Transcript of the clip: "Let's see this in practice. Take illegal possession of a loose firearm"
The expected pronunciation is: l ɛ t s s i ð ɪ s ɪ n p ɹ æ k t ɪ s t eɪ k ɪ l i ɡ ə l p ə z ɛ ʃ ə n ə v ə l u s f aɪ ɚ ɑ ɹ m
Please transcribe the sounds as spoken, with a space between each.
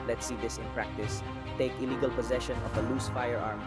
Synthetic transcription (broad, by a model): l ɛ t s s i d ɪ s ɪ n p ɹ æ k t ɪ s t eɪ k ɪ l i ɡ ə l p ə z ɛ ʃ ə n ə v ə l u s f aɪ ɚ ɑ ɹ m